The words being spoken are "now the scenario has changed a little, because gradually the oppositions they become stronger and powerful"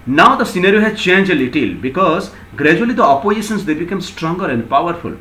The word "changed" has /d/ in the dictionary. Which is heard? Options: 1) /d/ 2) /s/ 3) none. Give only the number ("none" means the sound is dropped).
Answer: 3